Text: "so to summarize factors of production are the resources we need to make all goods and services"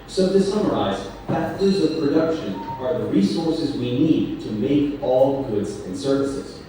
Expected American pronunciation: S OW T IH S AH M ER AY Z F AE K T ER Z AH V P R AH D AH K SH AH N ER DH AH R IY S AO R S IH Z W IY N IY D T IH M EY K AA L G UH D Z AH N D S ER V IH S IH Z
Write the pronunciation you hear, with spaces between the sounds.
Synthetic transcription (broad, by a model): S OW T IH S AH M ER AY Z P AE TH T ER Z AH V P R AH D AH K SH AH N ER DH AH R IY S AO R S IH Z W IY N IY D T IH M EY K AA L G UH D Z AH N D S ER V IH S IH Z